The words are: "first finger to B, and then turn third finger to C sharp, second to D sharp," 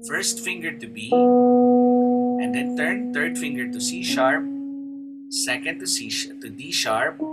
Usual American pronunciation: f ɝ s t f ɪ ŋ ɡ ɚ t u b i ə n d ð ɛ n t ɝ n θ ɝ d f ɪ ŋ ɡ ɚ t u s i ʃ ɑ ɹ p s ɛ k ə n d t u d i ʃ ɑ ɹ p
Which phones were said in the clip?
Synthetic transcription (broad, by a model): f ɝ s t f ɪ ŋ ɡ ɚ t u b i ə n d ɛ n t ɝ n t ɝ d f ɪ ŋ ɡ ɚ t u s i ʃ ɑ ɹ p s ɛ k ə n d t u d i ʃ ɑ ɹ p